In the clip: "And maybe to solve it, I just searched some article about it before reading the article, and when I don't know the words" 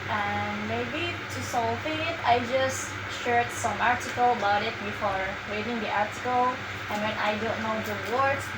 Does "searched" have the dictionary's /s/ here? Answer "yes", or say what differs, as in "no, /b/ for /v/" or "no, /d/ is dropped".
no, /ʃ/ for /s/